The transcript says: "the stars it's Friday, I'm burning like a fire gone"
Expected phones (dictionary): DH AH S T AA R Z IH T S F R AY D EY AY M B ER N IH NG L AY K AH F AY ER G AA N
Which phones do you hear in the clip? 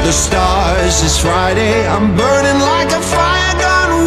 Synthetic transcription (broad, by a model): DH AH S T AA R Z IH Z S F R AY D EY AY M B ER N IH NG L AY K AH F AY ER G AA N